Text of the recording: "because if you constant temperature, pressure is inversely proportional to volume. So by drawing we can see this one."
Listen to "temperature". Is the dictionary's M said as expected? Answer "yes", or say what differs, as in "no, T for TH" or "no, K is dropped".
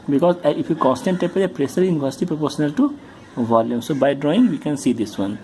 no, M is dropped